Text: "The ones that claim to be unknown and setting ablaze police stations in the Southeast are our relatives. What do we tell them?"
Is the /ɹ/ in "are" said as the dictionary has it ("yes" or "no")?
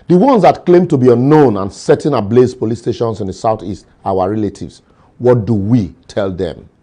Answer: no